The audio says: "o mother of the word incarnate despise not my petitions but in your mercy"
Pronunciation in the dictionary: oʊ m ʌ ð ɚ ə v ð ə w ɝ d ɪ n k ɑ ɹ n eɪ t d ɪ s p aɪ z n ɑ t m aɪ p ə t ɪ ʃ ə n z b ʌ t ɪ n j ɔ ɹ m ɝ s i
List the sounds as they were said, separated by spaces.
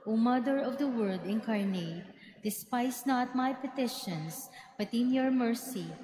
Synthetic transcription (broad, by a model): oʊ m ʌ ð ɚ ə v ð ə w ɝ d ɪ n k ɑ ɹ n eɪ t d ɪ s p aɪ s n ɑ t m aɪ p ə t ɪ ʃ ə n s b ʌ t ɪ n j ɔ ɹ m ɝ s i